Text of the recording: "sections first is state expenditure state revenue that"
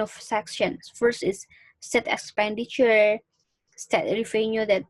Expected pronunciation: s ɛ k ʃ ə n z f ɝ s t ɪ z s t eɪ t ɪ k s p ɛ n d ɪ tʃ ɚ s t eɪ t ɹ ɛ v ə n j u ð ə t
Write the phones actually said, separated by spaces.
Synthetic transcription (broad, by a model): s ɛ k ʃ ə n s f ɝ s t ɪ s s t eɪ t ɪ k s p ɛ n d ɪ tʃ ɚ s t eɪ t ɹ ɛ f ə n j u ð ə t